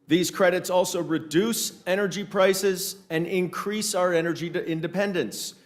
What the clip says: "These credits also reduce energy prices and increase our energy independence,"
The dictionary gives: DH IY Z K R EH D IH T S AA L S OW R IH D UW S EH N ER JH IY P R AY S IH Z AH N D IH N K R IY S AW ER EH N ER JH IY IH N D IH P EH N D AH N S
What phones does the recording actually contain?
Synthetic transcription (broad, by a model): DH IY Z K R EH D IH T S AA L S OW R IH D UW S EH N ER JH IY P R AY S IH Z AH N IH N K R IY S AW ER EH N ER JH IY IH N D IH P EH N D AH N S